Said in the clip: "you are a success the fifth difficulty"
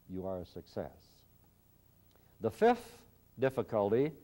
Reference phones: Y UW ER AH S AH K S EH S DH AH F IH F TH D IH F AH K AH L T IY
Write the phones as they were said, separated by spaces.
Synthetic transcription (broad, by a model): Y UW ER AH S AH K S EH S DH AH F IH F TH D IH F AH K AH L T IY